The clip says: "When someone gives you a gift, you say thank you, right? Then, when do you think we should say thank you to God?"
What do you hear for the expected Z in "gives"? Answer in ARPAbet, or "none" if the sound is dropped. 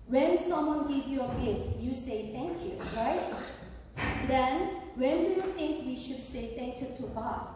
none